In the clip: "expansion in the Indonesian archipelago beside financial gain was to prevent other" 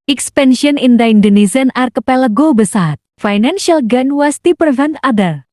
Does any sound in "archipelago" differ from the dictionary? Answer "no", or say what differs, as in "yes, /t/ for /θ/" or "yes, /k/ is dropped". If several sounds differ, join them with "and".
no